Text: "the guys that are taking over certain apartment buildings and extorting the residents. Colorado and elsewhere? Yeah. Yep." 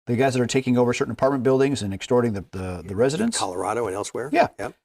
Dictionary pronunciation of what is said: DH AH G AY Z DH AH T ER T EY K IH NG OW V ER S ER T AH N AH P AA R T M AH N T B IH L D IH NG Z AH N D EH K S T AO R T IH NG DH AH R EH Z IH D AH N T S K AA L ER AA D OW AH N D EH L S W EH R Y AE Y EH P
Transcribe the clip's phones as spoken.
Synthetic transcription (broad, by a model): DH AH G AY Z DH AH T ER T EY K IH NG OW V ER S ER T N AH P AA R T M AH N B IH L D IH NG Z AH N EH K S T AO R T IH NG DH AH R EH Z IH D AH N T S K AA L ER AA D OW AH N EH L S W EH R Y AE Y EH